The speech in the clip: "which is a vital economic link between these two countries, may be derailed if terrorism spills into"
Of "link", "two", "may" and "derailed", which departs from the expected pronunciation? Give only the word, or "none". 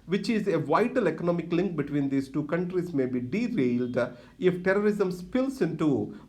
none